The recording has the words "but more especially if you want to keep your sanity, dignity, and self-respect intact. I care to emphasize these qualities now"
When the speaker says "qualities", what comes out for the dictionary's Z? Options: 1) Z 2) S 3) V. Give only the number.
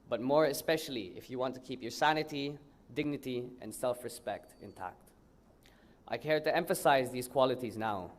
1